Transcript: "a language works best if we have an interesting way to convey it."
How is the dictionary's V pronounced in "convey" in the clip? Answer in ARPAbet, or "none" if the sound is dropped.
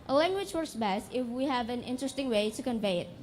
V